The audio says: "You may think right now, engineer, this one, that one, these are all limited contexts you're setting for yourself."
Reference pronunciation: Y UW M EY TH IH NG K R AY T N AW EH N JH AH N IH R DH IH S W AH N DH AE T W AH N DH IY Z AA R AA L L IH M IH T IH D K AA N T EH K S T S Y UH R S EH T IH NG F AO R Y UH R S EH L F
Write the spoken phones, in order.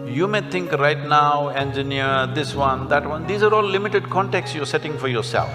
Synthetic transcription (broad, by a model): Y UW M EY T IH NG K R AY T N AW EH N JH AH N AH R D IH S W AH N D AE T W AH N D IY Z AA R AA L L IH M IH T IH D K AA N T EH K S S Y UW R S EH T IH NG F AO R Y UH R S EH L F